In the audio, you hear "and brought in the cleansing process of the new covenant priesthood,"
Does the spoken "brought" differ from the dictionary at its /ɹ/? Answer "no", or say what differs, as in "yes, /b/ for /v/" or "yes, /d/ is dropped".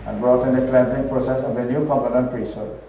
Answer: no